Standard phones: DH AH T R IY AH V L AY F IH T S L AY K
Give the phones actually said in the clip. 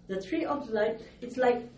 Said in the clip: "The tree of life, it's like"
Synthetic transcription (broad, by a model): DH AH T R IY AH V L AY P IH T S L AY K